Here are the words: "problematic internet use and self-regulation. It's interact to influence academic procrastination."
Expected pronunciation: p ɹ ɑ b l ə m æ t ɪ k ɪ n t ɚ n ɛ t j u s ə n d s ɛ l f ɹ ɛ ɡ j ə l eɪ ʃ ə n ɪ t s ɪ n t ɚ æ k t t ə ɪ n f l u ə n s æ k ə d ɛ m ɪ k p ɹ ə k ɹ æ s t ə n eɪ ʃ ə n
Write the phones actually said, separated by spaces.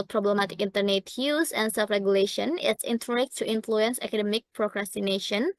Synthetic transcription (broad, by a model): p ɹ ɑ b l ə m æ t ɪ k ɪ n t ɚ n ɛ t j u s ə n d s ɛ f ɹ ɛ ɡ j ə l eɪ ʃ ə n ɪ t s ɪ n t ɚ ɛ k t t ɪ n f l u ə n s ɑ k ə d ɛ m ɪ k p ɹ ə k ɹ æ s t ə n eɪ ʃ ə n